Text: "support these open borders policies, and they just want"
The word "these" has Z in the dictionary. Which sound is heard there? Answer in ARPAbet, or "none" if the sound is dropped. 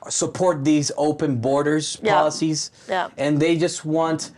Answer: Z